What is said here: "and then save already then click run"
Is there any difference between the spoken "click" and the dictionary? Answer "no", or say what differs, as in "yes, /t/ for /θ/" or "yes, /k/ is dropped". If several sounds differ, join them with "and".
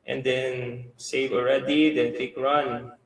yes, /l/ is dropped